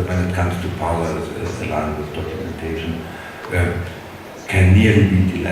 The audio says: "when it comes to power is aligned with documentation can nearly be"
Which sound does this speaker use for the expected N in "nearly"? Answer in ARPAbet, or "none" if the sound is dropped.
L